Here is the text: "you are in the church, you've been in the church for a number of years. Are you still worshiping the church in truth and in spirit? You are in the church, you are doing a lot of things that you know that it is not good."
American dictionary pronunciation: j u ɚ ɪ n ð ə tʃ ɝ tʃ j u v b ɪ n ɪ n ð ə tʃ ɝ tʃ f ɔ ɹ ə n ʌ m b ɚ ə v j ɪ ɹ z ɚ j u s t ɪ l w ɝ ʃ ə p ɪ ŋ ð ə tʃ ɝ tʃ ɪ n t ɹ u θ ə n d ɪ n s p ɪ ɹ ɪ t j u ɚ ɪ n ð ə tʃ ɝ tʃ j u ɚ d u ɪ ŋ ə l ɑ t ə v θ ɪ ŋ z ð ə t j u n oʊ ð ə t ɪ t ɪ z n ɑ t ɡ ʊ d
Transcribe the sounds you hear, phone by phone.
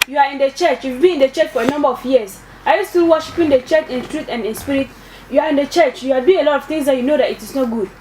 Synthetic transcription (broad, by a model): j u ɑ ɪ n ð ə tʃ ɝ tʃ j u f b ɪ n ɪ n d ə tʃ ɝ tʃ f ɔ ɹ ə n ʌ m b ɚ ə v j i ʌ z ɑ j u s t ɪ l w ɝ ʃ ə p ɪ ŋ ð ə tʃ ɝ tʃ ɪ n t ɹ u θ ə n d ɪ n s p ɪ ɹ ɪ t j u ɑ ɪ n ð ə tʃ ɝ tʃ j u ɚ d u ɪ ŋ ə l ɑ t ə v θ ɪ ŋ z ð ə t j u n oʊ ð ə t ɪ t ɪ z n ɑ t ɡ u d